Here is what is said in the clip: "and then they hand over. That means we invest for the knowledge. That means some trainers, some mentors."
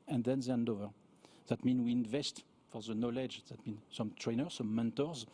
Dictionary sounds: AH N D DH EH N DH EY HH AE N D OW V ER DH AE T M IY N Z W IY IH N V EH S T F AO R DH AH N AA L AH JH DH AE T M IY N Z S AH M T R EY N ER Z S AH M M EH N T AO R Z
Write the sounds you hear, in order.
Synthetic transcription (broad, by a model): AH N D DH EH N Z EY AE N D OW V ER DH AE T M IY N W IY IH N V EH S T F AO R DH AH N AA L AH JH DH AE T M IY N S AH M T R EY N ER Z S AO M M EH N T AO R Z